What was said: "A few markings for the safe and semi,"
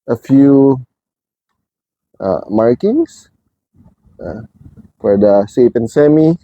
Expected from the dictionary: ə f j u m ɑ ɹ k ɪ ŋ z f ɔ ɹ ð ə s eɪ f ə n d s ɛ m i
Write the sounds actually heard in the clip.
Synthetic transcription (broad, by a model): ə f j u m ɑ ɹ k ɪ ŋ s f ɔ ɹ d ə s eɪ p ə n s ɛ m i